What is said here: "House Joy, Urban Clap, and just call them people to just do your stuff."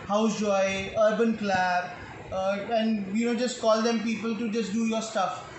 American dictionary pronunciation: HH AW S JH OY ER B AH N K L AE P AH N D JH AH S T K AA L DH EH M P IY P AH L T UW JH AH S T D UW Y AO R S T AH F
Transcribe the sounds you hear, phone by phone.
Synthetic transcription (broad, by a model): HH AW S JH OY ER B AH N K L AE B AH N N JH AH S T K AA L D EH M P IY P AH L T UW JH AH S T D UW Y AO R S T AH F